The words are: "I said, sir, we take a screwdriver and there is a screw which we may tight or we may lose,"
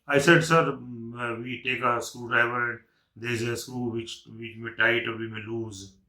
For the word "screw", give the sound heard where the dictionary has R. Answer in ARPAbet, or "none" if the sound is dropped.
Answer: none